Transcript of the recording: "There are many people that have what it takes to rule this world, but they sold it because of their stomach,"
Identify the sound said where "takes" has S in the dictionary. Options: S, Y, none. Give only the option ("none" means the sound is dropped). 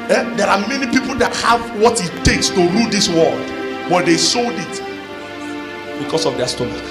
S